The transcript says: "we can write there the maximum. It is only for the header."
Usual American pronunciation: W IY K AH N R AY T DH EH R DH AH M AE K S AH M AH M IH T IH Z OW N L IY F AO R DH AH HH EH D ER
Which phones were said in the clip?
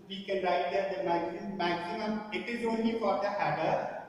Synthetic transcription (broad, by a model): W IY K AH N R AY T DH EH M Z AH M AE K S AH M AH M IH T IH Z OW N L IY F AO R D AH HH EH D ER